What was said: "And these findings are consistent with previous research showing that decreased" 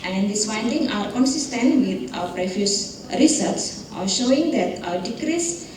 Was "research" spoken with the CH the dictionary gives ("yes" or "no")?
no